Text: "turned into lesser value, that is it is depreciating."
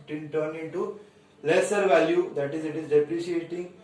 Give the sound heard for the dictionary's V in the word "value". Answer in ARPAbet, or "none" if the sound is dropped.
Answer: V